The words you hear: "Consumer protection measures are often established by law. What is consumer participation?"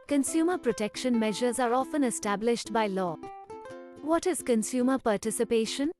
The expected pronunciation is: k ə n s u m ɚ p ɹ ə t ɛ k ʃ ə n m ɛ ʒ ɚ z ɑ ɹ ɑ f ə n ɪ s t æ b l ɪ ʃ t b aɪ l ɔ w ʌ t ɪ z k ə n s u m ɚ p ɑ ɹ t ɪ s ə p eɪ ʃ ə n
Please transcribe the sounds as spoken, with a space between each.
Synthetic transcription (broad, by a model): k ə n s u m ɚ p ɹ ə t ɛ k ʃ ə n m ɛ ʒ ɚ z ɑ ɹ ɑ f ə n ɪ s t æ b l ɪ ʃ t b aɪ l ɔ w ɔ t ɪ z k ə n s u m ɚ p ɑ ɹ t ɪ s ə p eɪ ʃ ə n